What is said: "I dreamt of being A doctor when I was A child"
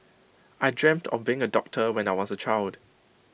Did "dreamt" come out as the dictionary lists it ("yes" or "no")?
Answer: yes